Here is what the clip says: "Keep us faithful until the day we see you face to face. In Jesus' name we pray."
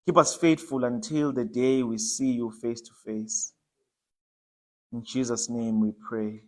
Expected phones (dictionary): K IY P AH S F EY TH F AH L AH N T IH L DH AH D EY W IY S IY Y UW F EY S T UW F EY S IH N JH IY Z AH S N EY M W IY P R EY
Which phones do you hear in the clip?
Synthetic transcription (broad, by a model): K IY P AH S F EY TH F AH L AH N T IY L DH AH D EY W IY S IY Y UW F EY S T UW F EY S IH N JH IY Z AH S N EY M W IY P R EY